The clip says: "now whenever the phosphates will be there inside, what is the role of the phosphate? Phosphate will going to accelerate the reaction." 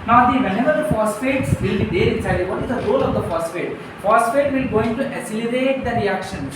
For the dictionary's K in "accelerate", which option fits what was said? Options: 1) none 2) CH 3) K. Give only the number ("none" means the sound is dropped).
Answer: 1